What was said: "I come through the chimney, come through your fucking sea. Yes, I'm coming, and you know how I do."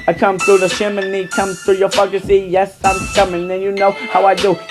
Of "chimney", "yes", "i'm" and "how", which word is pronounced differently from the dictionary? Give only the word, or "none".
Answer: chimney